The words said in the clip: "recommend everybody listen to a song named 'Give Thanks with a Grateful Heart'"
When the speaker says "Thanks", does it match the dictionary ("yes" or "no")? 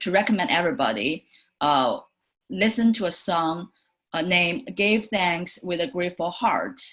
yes